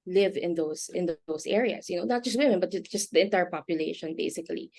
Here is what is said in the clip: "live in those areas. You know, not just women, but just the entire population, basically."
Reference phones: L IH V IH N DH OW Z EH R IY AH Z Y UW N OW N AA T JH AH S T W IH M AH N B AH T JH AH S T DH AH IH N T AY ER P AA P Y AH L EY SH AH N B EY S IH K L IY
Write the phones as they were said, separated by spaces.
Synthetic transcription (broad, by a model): L IH V IH N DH OW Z EH R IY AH S Y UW N OW N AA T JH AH S T W IH M AH N B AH T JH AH S T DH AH IH N T AY ER P AA P Y AH L EY SH AH N B EY S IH K L IY